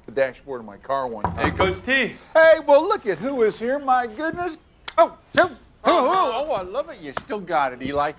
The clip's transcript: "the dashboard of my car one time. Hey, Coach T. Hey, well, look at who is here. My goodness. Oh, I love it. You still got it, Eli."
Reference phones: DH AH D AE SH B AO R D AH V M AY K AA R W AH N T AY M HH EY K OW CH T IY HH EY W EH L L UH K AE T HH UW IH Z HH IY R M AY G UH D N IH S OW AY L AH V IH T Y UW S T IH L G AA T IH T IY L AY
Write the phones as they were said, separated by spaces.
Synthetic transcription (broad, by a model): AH D AE SH B AO R D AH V M AY K AA R W AH N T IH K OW S T IY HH EY W EH L L UH K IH T HH UW IH Z HH IY R M AY G UH D N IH S OW AY L AH V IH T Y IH S T IH L G AA T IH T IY L AY